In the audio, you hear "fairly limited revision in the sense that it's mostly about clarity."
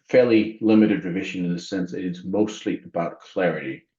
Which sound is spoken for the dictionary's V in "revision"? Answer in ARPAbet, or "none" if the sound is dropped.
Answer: V